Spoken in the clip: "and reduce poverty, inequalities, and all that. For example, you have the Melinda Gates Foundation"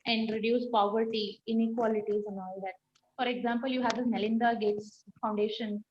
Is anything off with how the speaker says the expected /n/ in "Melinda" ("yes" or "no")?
no